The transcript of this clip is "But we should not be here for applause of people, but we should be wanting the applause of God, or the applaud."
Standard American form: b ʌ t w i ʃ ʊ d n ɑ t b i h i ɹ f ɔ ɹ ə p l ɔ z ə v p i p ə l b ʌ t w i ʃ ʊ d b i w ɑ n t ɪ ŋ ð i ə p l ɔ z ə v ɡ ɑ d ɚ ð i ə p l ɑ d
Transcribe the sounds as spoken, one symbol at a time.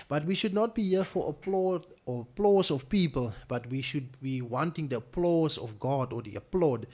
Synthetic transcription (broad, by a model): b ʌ t w i ʃ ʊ d n ɑ t b i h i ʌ f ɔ l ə p l ɔ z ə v p i p ə l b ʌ t w i ʃ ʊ d b i w ɑ n t ɪ ŋ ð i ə p l ɔ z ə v ɡ ɑ d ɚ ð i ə p l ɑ d